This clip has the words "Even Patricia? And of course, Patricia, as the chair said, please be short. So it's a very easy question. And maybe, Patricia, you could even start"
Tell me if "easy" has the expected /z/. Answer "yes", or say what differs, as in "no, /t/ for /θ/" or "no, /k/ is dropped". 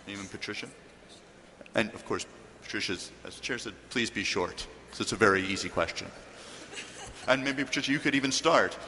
yes